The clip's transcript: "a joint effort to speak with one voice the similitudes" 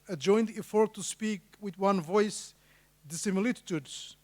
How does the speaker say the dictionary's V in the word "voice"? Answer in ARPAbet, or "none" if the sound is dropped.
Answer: V